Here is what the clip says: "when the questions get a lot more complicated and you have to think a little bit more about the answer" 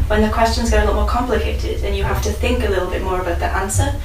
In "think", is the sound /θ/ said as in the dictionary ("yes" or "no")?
yes